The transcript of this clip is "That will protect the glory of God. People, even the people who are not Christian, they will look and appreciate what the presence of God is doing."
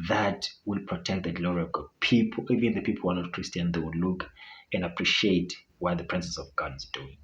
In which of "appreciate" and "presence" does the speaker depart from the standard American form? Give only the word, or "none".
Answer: presence